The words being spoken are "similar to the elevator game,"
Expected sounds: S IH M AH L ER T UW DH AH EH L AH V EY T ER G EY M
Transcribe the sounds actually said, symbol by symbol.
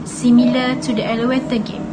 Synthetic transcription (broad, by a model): S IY M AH L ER T UW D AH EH L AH EY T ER G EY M